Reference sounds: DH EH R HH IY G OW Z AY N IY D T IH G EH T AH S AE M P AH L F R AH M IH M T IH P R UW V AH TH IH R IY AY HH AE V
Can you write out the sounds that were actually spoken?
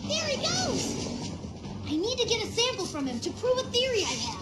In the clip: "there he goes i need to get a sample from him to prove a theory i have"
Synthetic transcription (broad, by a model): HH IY R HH IY G OW Z AY N IY D T IH G EH T AH S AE M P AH L F R AH M IH M T IH P R UW V AH TH IH R IY AY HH